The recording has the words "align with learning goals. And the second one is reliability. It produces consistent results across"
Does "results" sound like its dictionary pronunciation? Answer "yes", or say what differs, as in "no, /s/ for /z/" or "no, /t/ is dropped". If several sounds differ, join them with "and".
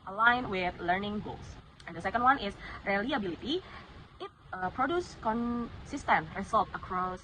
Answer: no, /s/ is dropped